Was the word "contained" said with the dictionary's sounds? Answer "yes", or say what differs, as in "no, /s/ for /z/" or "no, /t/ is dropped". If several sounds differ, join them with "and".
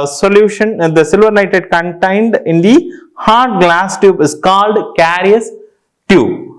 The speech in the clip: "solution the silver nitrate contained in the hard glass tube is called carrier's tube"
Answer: yes